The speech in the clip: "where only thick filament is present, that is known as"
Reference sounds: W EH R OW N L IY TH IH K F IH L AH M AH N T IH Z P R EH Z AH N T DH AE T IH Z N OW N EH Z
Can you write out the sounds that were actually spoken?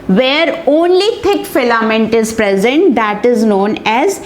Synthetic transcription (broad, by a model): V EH R OW N L IY T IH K F IH L AH M AH N T IH Z P R EH Z AH N T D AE T IH Z N OW N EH Z